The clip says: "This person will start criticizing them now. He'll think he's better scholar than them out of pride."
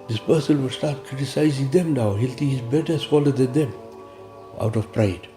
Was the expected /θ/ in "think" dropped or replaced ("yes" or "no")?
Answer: yes